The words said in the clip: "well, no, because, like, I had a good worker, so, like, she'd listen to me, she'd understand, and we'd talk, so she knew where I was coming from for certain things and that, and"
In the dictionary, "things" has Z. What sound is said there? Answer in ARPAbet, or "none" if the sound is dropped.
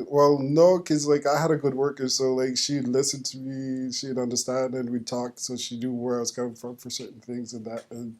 Z